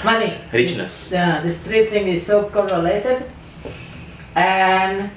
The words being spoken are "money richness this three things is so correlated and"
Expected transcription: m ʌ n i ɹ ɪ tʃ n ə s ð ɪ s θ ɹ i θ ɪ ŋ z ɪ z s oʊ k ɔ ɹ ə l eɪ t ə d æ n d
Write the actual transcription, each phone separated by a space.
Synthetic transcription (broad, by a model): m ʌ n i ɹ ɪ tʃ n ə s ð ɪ s t ɹ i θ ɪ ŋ ɪ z s oʊ k ɔ ɹ ə l eɪ t ə d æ n